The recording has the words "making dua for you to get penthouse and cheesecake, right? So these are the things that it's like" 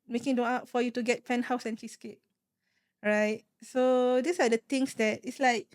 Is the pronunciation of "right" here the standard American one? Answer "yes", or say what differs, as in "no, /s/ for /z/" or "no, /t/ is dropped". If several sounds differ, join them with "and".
yes